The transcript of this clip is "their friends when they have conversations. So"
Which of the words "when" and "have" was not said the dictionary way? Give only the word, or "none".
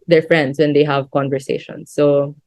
none